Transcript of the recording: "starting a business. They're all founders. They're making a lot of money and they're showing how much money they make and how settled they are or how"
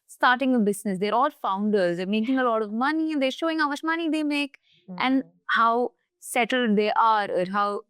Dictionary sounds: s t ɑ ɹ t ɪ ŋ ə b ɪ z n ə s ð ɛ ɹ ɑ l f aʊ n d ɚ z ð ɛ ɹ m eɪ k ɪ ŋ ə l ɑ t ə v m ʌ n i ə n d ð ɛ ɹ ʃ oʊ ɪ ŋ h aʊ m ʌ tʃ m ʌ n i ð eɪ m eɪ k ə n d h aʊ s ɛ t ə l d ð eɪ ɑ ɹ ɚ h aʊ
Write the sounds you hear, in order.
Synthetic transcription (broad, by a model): s t ɑ ɹ t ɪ ŋ ə b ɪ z n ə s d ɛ ɹ ɑ l f aʊ n d ɚ z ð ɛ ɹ m eɪ k ɪ ŋ ə l ɑ t ə v m ʌ n i ə n d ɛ ɹ ʃ oʊ ɪ ŋ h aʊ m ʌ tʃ m ʌ n i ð eɪ m eɪ k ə n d h aʊ s ɛ t ə l d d eɪ ɑ ɹ ɚ h aʊ